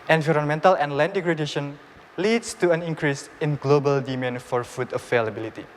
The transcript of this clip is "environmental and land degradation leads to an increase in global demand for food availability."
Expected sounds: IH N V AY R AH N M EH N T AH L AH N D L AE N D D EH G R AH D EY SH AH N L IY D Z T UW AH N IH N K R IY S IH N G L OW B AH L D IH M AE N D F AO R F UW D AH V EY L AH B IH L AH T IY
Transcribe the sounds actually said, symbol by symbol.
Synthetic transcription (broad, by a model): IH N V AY R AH N M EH N T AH L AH N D L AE N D D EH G R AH D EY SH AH N L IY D S T UW AH N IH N K R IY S IH N G L OW B AH L D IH M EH N F AO R F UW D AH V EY L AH B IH L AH T IY